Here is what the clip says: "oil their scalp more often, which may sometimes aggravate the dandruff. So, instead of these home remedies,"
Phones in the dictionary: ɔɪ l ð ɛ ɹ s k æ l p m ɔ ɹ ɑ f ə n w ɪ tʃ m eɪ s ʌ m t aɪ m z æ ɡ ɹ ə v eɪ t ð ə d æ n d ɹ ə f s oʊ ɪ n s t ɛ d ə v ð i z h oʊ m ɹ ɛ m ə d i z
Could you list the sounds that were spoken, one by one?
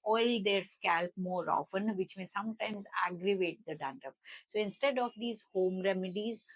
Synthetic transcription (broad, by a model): ɔɪ l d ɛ ɹ s k æ l p m ɔ ɹ ɑ f ə n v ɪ tʃ m eɪ s ʌ m t aɪ m z æ ɡ ɹ ə v eɪ t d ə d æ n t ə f s oʊ ɪ n s t ɛ d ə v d i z h oʊ m ɹ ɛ m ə d i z